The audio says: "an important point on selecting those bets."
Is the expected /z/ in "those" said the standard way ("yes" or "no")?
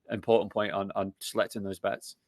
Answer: yes